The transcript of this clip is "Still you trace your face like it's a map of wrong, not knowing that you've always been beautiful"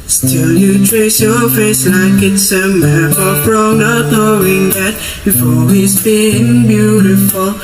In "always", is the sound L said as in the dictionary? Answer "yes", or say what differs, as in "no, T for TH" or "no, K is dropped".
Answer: no, L is dropped